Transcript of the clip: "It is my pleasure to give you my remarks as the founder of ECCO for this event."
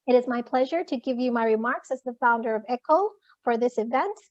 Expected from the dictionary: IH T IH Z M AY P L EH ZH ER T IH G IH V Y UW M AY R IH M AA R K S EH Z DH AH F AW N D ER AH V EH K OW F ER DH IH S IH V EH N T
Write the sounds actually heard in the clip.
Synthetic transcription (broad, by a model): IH T IH Z M AY P L EH ZH ER T IH G IH V Y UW M AY R IH M AA R K S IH Z DH AH F AW N D ER AH V EH K OW F ER DH IH S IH V EH N T